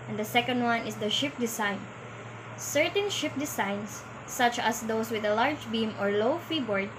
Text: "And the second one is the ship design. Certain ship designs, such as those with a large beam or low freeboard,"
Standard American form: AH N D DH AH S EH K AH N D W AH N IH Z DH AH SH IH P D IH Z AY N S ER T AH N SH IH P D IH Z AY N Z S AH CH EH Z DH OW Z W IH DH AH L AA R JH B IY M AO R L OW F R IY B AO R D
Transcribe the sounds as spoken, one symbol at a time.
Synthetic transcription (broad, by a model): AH N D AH S EH K AH N D W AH N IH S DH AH SH IH P D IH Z AY N S ER T AH N SH IH P D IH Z AY N S AH CH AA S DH OW S W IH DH AH L AA R JH B IY M AO R L OW F R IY B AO R D